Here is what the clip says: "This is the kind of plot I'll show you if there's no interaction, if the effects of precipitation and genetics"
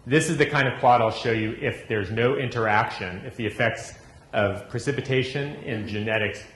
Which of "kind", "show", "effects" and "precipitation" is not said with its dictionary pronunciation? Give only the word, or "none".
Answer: none